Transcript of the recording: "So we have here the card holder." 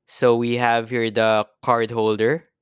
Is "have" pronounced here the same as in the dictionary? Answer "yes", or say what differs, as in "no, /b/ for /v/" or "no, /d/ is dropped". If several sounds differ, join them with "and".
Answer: yes